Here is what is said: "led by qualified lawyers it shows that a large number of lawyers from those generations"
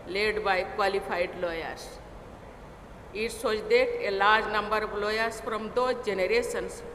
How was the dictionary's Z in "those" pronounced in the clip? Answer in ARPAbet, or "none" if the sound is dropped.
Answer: none